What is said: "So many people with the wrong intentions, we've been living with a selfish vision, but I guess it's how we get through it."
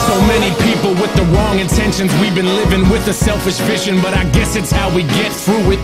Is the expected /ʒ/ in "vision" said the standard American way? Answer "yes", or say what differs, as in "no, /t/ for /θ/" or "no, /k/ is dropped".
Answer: no, /ʃ/ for /ʒ/